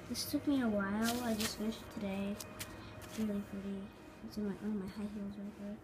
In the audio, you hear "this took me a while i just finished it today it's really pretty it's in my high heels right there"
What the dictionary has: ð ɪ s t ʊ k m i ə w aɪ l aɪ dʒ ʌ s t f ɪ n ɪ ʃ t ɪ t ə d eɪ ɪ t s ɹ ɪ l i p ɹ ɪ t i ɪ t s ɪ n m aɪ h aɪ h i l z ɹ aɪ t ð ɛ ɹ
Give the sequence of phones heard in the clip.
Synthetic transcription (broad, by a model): ð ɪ s t ʊ k m i ə w aɪ l aɪ dʒ ʌ s t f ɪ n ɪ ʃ ɪ t ə d eɪ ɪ ɹ ɪ l i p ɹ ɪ t i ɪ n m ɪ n m aɪ h aɪ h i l z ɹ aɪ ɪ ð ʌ ɹ